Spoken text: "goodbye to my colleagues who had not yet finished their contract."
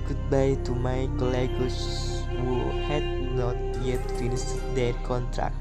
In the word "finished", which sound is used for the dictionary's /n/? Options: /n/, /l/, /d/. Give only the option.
/l/